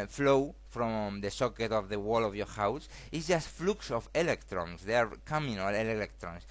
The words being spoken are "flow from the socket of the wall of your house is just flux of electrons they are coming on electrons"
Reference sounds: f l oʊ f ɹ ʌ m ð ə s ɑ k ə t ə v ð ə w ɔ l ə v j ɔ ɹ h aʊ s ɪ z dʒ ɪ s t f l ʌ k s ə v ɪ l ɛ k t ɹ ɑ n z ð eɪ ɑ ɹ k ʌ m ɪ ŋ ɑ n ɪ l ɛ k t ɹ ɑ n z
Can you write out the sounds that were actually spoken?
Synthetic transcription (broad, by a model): f l oʊ f ɹ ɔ m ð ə s ɑ k ə t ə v ð ə w ɔ l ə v j ɔ ɹ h aʊ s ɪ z dʒ ɪ s t f l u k s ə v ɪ l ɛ k t ɹ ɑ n s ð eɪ ɑ ɹ k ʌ m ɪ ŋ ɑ l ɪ l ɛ k t ɹ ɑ n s